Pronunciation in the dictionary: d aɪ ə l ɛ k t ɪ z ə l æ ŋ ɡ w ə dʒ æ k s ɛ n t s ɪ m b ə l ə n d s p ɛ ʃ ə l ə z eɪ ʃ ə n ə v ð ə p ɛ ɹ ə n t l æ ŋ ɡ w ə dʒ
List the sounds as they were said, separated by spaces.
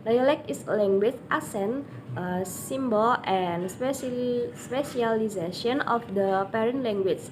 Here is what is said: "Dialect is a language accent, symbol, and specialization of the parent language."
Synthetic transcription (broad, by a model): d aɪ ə l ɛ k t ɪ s l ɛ ŋ ɡ w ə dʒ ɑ s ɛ n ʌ s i m b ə l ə n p s p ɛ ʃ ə l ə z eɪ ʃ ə n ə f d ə p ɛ ɹ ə n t l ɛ ŋ ɡ w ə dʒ